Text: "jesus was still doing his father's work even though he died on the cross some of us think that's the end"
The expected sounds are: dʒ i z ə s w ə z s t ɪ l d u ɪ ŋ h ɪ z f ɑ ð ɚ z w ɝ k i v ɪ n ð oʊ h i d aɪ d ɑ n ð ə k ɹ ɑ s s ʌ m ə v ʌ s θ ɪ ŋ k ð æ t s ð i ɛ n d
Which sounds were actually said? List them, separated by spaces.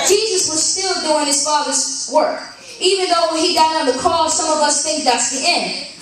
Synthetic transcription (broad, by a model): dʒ i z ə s w ə z s t ɪ l d u ɪ ŋ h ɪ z f ɑ ð ɚ z w ɝ k i v ɪ n ð oʊ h i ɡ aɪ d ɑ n ð ə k ɑ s s ʌ m ə v ʌ s θ ɪ ŋ k ð æ t s ð i ɛ n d